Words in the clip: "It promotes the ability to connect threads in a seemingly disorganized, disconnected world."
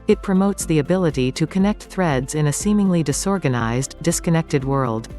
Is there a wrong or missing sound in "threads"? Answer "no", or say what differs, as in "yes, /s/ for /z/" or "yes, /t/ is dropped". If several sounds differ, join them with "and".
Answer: no